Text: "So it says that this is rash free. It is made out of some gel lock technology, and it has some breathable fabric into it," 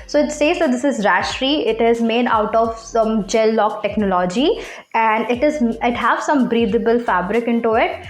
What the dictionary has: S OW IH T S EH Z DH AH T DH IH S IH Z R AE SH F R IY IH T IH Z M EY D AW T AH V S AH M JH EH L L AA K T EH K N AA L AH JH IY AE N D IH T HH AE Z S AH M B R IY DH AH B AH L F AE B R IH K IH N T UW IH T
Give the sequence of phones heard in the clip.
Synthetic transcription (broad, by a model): S OW IH T S EH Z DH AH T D IH S IH Z R AE SH R IY IH T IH Z M EY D AW T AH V S AH M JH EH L L AA K T EH K N AA L AH JH IY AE N D IH T HH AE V S AH M B R IY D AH B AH L F AE B R IH K IH N T UW IH T